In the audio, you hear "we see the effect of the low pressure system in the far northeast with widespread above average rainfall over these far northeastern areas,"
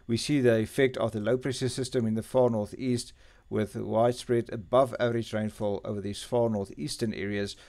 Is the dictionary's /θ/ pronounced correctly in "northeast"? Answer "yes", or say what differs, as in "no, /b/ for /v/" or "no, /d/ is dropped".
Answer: yes